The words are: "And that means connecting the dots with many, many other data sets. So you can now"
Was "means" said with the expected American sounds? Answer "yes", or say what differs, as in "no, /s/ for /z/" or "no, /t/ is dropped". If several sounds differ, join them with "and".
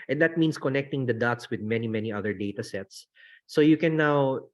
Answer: no, /s/ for /z/